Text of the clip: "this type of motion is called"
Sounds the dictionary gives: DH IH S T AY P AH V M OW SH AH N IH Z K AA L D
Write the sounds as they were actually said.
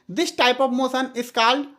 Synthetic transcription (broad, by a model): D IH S T AY P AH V M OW S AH N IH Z K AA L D